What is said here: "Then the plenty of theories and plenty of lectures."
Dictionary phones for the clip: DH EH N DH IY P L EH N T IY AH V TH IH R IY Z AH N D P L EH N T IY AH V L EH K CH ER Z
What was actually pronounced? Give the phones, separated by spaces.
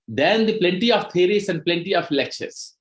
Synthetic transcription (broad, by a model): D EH N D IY P L EH N T IY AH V T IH R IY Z AH N D P L EH N T IY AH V L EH K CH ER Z